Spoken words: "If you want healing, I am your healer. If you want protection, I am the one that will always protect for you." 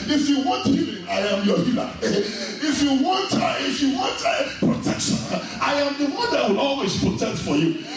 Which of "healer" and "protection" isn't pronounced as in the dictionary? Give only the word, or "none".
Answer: healer